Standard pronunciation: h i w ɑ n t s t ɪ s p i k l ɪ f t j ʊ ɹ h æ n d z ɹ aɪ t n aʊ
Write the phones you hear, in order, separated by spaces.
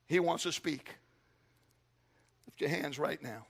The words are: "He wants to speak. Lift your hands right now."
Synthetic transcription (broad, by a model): h i w ɑ n t s t ɪ s p i k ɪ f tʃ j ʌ ɹ h æ n d z ɹ aɪ t n aʊ